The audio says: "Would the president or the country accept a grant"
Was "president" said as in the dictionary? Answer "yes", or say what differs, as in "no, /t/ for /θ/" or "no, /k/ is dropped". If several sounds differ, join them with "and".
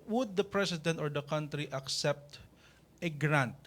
no, /s/ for /z/